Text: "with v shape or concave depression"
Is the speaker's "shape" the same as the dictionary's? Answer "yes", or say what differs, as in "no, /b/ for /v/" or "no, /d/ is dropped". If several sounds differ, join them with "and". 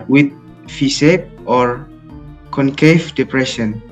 no, /s/ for /ʃ/